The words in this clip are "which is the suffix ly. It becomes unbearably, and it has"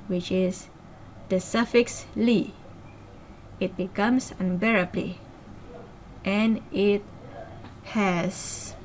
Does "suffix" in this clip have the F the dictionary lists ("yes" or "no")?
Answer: yes